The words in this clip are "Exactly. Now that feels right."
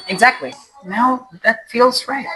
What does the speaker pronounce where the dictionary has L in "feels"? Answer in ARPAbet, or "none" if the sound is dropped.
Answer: L